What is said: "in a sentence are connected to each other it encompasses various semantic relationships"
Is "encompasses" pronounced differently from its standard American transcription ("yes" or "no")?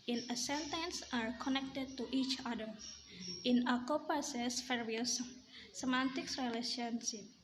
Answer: yes